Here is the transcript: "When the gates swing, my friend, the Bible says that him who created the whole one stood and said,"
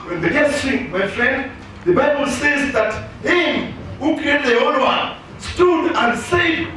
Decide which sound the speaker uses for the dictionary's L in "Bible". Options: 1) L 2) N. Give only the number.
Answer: 1